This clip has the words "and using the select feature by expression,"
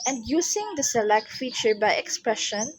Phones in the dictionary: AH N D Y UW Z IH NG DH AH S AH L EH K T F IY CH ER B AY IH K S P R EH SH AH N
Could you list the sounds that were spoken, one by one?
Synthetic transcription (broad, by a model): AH N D Y UW S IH NG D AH S AH L EH K T F IY CH ER B AY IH K S P R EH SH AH N